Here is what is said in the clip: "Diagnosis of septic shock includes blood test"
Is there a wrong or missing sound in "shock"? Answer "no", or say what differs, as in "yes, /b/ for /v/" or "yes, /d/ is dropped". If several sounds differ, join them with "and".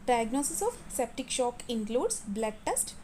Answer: no